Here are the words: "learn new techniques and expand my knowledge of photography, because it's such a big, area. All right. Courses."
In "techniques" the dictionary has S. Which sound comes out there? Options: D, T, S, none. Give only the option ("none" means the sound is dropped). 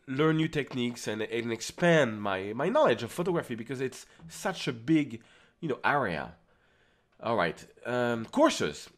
S